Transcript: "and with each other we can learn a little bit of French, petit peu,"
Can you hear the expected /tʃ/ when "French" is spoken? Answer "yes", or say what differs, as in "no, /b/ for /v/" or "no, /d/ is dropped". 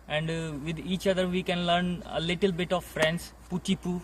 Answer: no, /s/ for /tʃ/